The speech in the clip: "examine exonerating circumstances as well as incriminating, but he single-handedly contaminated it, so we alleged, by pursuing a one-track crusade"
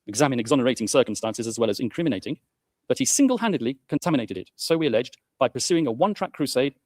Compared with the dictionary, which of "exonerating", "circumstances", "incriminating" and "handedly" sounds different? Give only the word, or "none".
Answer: none